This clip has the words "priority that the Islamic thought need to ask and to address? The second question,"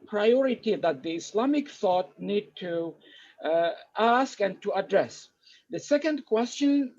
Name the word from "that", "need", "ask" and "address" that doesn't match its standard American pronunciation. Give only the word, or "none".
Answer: none